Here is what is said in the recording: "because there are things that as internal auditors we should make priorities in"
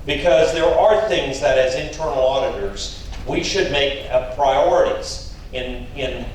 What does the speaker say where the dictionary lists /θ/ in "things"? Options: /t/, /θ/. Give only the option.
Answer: /θ/